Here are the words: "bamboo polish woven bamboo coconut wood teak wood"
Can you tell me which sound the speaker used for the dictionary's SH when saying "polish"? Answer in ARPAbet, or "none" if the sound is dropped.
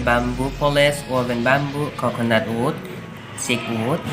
S